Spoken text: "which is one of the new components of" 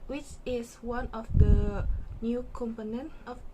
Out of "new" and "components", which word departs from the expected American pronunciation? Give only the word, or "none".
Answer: components